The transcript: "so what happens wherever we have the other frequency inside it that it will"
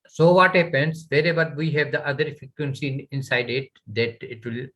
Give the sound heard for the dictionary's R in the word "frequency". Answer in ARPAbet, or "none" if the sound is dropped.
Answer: none